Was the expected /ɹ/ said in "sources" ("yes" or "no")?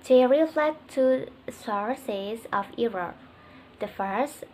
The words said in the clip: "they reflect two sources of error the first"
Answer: yes